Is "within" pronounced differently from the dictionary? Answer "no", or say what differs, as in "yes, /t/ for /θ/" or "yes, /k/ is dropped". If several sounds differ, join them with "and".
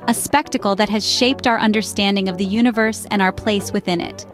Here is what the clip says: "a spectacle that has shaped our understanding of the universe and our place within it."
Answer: no